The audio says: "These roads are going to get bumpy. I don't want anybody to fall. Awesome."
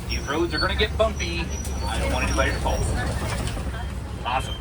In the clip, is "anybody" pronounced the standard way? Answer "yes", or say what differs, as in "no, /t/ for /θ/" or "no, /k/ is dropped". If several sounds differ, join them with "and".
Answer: no, /l/ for /n/ and /b/ is dropped